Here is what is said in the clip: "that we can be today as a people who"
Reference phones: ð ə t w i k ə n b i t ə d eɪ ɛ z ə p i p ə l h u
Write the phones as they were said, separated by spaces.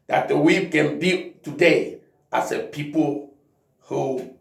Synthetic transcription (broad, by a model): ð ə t w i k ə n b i t ə d eɪ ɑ s ə p i p ə l h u